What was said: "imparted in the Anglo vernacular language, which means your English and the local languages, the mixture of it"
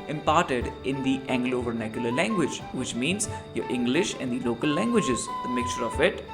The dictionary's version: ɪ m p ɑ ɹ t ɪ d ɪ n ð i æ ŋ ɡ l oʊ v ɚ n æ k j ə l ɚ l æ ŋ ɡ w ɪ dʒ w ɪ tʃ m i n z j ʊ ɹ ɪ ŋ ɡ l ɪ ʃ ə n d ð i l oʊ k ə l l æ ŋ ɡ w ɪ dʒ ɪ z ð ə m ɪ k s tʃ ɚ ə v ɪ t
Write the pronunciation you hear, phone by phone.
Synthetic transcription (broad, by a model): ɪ m p ɑ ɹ t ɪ d ɪ n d i æ ŋ ɡ l oʊ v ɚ n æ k j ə l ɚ l æ ŋ ɡ w ɪ dʒ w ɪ tʃ m i n z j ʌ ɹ ɪ ŋ ɡ l ɪ ʃ ə n d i l oʊ k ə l l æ ŋ ɡ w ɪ dʒ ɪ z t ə m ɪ k tʃ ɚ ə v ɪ t